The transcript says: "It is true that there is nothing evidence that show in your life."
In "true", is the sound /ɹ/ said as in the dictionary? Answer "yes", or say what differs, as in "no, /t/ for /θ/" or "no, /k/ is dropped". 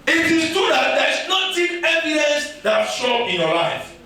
no, /ɹ/ is dropped